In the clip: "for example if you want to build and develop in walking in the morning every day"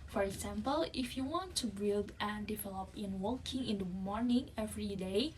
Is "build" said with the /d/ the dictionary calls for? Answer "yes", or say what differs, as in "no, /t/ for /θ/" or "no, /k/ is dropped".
yes